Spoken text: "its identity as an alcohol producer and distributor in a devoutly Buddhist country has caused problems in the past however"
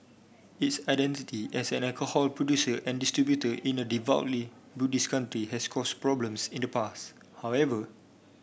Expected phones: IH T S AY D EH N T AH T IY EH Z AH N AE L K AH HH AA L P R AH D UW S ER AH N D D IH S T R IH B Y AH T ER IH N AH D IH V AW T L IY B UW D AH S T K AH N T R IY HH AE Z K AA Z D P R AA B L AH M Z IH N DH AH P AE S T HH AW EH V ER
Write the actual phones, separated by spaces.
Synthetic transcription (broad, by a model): IH T S AY D EH N T AH T IY EH S AH N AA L K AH HH AA L P R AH D UW S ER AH N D D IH S T R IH B Y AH T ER IH N AH D IH V AW T L IY B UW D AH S K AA N T R IY HH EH S K AA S P R AA B L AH M S IH N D AH P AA S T HH AW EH V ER